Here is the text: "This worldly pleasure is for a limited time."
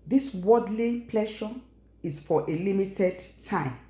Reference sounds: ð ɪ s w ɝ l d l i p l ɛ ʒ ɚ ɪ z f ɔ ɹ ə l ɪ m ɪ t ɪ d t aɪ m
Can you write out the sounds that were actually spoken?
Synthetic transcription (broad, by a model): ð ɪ s w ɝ d l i p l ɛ ʃ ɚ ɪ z f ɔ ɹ ə l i m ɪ t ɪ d t aɪ m